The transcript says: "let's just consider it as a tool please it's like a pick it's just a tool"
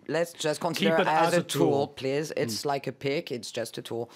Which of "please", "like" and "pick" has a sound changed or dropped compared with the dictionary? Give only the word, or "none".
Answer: none